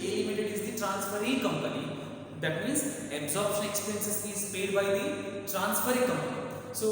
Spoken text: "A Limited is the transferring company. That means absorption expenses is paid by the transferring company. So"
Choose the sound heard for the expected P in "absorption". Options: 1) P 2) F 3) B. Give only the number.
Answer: 1